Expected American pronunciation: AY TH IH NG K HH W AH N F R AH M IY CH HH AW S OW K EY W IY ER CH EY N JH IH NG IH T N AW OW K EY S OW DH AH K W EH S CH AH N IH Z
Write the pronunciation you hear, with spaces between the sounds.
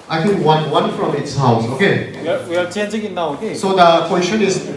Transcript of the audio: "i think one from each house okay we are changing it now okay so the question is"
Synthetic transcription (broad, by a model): AY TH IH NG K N W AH N F R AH M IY S HH AW S OW K EY W IY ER CH EY N JH IH NG IH T N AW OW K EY S OW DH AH K W EH S CH AH N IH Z